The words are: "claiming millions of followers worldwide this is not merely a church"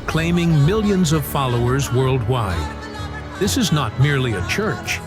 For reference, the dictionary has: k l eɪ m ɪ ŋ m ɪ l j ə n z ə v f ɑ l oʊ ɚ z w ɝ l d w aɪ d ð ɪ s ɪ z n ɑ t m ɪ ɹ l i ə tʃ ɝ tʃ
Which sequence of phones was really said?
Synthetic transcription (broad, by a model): k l eɪ m ɪ ŋ m ɪ l j ə n z ə v f ɑ l oʊ ɚ z w ɝ l d w aɪ d ð ɪ s ɪ z n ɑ t m ɪ ɹ l i ə tʃ ɝ tʃ